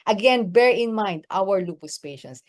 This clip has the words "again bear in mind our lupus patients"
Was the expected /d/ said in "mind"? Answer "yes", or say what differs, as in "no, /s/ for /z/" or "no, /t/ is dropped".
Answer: yes